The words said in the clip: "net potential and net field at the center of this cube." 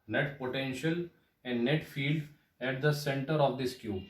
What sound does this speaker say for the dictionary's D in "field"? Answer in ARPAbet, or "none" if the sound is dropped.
D